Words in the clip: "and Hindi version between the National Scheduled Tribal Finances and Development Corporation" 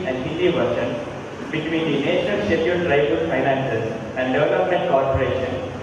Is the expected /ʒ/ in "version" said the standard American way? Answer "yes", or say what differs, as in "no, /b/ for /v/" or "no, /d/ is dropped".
no, /ʃ/ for /ʒ/